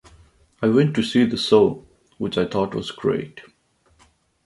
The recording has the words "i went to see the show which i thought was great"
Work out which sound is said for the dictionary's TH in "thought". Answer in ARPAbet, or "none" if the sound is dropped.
T